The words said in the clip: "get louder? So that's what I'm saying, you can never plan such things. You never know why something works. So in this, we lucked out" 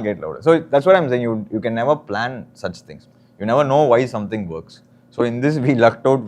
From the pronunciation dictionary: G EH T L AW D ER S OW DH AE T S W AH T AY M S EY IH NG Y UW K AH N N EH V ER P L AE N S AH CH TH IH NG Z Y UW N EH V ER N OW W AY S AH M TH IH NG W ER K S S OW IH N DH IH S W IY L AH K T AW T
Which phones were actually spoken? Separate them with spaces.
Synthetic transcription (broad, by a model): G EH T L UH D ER S OW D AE T S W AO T AY M S EY IH NG Y UW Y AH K N EH V ER P L AE N S AH CH T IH NG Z Y UW N EH V ER N OW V AY S AH M T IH NG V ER K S S OW IH N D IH S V IY L AH K T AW T